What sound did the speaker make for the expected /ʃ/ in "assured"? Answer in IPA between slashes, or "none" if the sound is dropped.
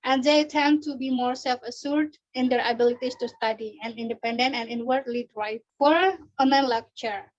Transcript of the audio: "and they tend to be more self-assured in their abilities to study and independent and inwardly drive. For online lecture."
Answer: /s/